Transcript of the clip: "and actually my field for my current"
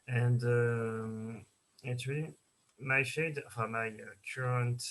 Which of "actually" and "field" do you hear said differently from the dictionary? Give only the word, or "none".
field